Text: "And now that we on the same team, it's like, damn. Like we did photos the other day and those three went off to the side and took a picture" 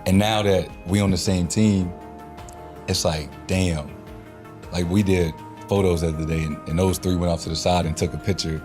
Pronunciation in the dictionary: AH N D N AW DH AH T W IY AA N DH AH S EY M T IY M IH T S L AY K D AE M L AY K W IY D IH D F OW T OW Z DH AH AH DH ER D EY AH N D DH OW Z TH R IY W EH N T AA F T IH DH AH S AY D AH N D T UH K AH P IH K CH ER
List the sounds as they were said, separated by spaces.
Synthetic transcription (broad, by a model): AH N N AW DH AH T W IY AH N DH AH S EY M T IY M IH T S L AY K D AE M L AY K W IY D IH D F OW T OW Z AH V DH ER D EY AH N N DH OW Z TH R IY W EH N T AA F T IH DH AH S AY D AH N T UH K AH P IH K CH ER